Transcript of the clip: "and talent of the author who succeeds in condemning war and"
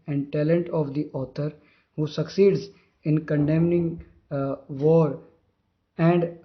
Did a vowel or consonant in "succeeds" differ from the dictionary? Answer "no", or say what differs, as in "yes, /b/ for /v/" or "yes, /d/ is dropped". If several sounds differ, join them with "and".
no